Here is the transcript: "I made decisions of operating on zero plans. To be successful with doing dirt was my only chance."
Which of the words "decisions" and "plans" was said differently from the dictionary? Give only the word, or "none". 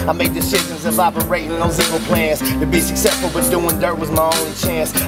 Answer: decisions